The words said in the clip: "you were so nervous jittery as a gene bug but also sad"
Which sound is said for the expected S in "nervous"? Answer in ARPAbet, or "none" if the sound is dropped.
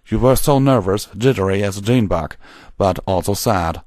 S